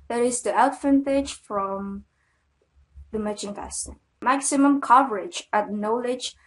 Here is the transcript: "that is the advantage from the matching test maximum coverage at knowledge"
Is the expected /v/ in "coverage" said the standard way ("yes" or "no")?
yes